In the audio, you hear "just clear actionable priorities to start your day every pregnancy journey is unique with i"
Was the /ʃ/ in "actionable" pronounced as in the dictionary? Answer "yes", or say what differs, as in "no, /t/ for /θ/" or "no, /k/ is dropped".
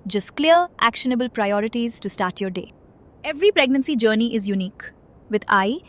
yes